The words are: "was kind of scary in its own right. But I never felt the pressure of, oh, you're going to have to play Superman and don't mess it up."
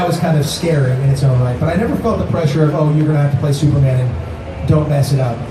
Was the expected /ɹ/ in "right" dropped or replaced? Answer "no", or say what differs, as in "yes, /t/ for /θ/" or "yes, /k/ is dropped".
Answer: yes, /l/ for /ɹ/